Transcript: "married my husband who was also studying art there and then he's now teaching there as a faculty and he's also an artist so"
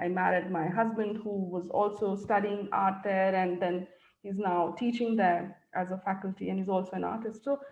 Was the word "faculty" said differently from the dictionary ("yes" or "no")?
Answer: no